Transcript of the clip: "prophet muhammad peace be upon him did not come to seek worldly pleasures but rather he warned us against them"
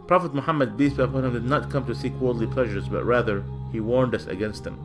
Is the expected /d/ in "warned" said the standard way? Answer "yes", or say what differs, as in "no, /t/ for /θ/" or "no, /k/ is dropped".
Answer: yes